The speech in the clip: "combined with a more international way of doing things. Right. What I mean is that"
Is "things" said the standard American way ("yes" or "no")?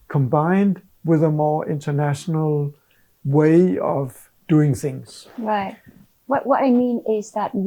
yes